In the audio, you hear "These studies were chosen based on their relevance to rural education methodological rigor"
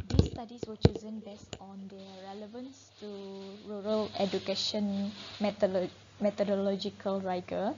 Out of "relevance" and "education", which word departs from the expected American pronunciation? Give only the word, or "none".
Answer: none